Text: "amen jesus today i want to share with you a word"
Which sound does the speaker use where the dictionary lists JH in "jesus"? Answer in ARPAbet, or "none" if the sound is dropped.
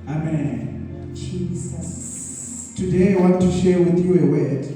CH